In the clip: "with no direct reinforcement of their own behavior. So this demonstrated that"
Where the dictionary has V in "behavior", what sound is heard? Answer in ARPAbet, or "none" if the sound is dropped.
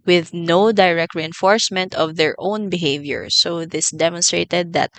V